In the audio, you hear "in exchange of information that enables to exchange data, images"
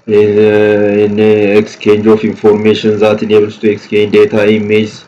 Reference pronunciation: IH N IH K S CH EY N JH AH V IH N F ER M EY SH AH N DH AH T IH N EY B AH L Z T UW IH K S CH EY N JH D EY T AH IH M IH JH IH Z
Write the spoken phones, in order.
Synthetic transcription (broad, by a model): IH N IH K S CH EY N JH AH F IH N F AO M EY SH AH N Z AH T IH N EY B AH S T UW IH K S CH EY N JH D EY T AH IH M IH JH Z